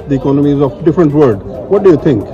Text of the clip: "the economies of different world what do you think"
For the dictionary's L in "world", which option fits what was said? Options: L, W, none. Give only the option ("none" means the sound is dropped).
none